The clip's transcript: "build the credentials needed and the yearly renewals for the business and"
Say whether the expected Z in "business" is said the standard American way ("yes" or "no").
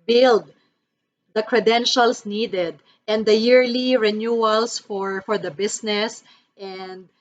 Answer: no